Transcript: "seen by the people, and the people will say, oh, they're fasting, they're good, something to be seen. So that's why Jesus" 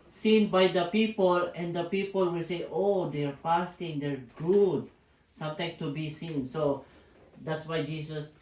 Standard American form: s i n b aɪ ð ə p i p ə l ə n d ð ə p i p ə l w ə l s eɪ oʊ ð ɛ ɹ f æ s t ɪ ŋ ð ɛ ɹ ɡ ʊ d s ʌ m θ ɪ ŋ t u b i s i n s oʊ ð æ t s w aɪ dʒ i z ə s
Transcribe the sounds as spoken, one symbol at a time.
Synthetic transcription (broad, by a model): s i n b aɪ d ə p i p ə l ə n d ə p i p ə l w ə l s eɪ oʊ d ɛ ɹ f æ s t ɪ ŋ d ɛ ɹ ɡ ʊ d s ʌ m t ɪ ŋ t u b i s i n s oʊ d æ t s w aɪ dʒ i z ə s